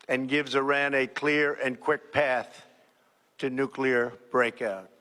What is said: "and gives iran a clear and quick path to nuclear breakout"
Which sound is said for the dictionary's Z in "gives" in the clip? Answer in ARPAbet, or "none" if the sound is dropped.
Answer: Z